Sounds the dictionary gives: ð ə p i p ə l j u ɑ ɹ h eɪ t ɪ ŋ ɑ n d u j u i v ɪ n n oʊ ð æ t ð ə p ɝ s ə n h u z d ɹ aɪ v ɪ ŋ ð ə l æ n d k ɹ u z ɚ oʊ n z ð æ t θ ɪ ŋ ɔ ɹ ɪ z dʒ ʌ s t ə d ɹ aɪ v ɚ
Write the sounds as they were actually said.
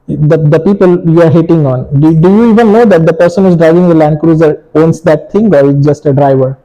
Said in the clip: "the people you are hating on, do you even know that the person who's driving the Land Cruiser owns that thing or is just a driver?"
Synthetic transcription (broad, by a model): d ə p i p ə l j u ɑ ɹ h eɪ t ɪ ŋ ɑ n d u j u i v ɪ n n oʊ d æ t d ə p ɝ s ə n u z d ɹ aɪ v ɪ ŋ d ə l æ n d k ɹ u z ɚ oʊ n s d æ t t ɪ ŋ ɔ ɹ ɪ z dʒ ʌ s t ə d ɹ aɪ v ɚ